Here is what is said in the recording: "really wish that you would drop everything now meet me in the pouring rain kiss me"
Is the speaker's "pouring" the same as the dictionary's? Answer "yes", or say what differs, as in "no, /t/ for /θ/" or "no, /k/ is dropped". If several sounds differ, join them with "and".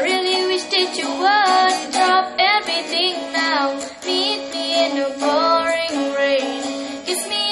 no, /b/ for /p/